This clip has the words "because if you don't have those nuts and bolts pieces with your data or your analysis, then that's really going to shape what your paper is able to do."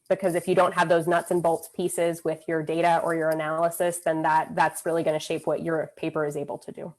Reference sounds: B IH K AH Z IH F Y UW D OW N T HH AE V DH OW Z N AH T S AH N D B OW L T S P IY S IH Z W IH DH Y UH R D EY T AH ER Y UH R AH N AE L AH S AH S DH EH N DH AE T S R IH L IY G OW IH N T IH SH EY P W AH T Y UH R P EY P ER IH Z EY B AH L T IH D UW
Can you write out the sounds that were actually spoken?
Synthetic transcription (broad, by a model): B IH K AH Z IH F Y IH D OW N T HH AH V DH OW Z N AH T S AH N B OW L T P IY S IH Z W IH DH Y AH R D EY T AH ER Y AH R AH N AE L AH S AH S DH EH N DH AE T S R IH L IY G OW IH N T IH SH EY P W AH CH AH R P EY P ER IH Z EY B L T IH D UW